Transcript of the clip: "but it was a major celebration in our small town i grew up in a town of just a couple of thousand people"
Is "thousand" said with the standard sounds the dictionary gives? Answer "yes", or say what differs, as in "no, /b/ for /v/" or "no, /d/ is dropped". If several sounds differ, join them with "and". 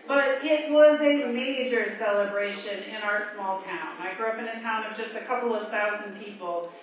yes